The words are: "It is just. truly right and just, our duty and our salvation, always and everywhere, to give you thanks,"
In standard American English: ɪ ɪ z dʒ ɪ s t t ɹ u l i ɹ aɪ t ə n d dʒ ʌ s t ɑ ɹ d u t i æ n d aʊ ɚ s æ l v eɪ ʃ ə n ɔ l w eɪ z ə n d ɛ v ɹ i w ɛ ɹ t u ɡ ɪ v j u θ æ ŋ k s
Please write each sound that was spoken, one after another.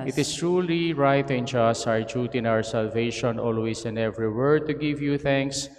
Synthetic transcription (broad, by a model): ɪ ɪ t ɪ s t t ɹ u l i ɹ aɪ t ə n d dʒ ʌ s t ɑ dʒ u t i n aʊ ɚ s æ l v eɪ ʃ ə n ɔ l w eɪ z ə n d ɛ v ɹ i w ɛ ɹ t u ɡ ɪ v j u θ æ ŋ k s